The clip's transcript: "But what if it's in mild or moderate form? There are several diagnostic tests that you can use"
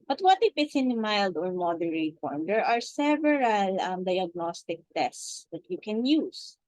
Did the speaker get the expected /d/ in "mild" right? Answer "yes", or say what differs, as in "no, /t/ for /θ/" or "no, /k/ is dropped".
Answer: yes